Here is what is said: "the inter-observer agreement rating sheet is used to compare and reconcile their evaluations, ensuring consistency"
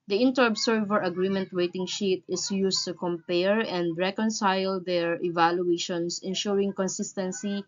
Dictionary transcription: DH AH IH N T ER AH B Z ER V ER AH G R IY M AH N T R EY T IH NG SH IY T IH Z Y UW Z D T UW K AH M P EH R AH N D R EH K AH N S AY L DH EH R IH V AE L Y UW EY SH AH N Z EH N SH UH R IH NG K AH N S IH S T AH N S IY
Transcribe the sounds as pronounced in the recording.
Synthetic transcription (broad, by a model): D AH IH N T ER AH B S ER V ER AH G R IY M AH N T W EY T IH NG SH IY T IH S Y UW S T UW K AH M P EH R AH N D R EH K AH N S AY L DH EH R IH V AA L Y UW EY SH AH N S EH N SH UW R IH NG K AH N S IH S T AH N S IY